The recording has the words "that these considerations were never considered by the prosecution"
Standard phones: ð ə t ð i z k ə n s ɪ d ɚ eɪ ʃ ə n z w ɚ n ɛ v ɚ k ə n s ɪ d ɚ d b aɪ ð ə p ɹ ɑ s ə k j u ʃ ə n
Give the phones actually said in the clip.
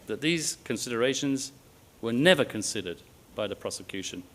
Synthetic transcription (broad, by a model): ð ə t ð i z k ə n s ɪ d ɚ eɪ ʃ ə n z w ɚ n ɛ v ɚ k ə n s ɪ d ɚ d b aɪ ð ə p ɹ ɑ s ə k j u ʃ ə n